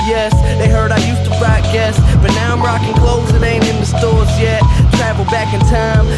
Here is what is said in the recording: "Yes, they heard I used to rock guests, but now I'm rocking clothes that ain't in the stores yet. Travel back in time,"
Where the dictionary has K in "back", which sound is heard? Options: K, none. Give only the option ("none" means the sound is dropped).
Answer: K